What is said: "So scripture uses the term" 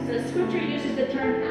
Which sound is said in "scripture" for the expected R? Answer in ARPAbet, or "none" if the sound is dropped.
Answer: none